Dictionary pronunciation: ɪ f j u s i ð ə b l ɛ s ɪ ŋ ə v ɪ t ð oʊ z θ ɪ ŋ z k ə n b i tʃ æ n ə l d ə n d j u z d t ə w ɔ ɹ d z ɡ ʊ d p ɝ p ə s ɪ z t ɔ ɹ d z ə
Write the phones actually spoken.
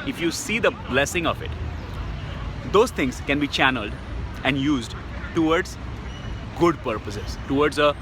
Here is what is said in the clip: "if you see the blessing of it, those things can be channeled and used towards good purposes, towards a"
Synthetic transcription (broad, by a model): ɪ f j u s i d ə b l ɛ s ɪ ŋ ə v ɪ t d oʊ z t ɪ ŋ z k ə n b i tʃ æ n ə l d ə n d j u z d t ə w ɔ ɹ d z ɡ ʊ d p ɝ p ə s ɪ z t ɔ ɹ d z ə